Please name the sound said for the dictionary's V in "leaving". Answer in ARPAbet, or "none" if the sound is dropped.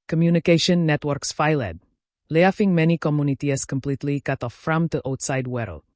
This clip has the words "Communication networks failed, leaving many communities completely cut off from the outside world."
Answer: F